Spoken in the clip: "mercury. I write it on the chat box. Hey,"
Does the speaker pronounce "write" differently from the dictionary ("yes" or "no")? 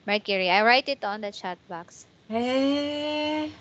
no